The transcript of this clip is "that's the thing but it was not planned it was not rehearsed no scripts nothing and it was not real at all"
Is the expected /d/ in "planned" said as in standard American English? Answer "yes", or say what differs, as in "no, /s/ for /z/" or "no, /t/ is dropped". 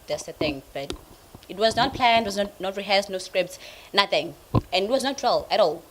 no, /d/ is dropped